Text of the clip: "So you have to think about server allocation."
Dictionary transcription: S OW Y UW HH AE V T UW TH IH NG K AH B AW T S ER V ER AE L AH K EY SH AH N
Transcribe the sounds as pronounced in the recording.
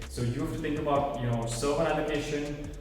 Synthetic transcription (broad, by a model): S OW Y UW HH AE F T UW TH IH NG K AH B AW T S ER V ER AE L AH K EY SH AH N